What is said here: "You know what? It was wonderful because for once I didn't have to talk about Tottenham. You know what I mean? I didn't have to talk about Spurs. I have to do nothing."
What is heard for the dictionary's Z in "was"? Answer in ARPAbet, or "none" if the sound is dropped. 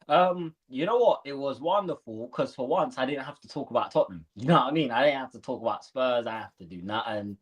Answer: Z